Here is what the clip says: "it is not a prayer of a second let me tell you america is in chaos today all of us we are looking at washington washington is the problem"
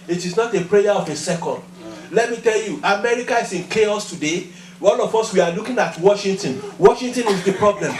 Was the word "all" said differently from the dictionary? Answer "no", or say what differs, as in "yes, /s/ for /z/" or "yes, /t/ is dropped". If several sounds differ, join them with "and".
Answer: yes, /n/ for /l/